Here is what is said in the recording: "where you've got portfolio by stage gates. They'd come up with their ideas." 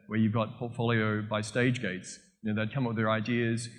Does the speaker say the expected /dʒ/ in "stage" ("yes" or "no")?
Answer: yes